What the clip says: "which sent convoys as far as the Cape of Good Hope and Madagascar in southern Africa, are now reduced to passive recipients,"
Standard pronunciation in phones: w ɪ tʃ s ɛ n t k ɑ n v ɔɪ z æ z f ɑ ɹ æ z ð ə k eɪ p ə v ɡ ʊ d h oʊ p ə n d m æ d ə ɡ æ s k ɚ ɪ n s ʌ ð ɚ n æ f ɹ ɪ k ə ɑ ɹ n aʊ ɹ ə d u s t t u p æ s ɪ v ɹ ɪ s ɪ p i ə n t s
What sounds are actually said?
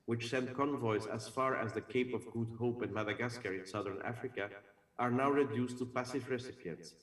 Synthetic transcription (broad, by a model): w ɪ tʃ s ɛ n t k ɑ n v ɔɪ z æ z f ɑ ɹ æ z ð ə k eɪ p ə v ɡ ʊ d h oʊ p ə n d m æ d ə ɡ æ s k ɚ ɪ n s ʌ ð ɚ n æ f ɹ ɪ k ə ɑ ɹ n aʊ ɹ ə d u s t t u p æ s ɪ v ɹ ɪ s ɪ p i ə n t s